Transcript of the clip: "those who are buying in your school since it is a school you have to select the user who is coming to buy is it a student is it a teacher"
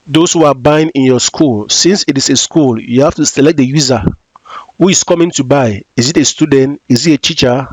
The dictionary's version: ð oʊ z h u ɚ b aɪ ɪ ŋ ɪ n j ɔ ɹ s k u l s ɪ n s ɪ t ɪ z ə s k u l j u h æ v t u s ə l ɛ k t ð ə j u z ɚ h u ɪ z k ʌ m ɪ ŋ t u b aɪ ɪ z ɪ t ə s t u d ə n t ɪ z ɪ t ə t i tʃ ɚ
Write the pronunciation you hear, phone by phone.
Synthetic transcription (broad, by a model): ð oʊ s h u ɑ b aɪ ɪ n ɪ n j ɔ s k u l s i n s ɪ t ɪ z ə s k u l j u h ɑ f t u s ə l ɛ k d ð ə j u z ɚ h u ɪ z k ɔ m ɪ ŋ t u b aɪ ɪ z ɪ t ə s t u d ə n t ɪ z ɪ t ə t i tʃ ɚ